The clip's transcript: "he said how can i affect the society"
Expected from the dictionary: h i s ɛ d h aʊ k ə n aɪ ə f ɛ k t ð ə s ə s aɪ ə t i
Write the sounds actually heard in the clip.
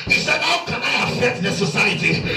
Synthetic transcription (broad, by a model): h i s ɛ d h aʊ k ə n aɪ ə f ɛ t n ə s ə s aɪ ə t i